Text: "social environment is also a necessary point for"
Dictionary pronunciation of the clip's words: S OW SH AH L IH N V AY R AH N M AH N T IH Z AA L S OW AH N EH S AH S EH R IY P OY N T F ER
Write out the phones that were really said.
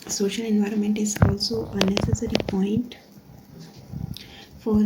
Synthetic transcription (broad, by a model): S OW SH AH L IH N V AY R AH N M AH N T IH Z AA L S OW AH N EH S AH S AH R IY P OY N T F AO